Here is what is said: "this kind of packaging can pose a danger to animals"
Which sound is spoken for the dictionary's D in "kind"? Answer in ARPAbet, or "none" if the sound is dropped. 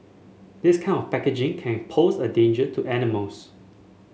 none